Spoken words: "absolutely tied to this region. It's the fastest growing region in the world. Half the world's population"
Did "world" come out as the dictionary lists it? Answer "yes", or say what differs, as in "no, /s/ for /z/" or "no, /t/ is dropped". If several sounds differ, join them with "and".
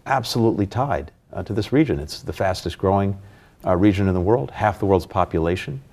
yes